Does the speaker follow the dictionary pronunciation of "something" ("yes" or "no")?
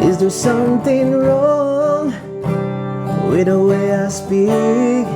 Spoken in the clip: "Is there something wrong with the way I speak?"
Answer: yes